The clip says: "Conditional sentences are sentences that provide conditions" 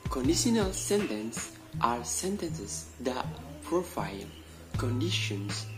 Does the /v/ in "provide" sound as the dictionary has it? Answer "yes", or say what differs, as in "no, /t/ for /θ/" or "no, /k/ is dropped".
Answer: no, /f/ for /v/